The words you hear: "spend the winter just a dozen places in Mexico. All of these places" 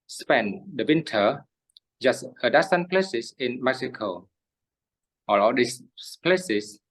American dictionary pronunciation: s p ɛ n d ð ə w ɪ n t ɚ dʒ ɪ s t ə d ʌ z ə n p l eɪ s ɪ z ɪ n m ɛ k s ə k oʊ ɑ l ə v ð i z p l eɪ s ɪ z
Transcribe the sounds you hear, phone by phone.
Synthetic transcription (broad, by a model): s p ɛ n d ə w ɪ n t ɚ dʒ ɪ s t ə d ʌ s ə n p l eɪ s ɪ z ɪ n m ɛ k s ə k oʊ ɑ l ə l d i s p l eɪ s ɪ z